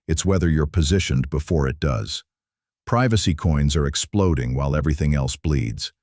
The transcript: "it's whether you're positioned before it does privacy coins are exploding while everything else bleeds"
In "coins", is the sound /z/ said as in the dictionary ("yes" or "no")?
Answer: yes